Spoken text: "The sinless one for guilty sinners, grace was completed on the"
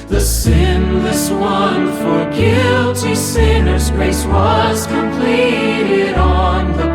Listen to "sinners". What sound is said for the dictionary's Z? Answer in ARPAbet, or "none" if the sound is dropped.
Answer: Z